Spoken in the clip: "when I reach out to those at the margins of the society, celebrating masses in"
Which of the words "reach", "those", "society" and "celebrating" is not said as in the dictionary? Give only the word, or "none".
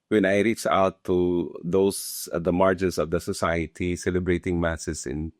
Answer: those